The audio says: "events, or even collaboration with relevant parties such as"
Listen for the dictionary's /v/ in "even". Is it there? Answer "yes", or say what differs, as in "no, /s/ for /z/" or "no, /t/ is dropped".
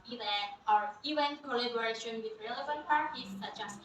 no, /v/ is dropped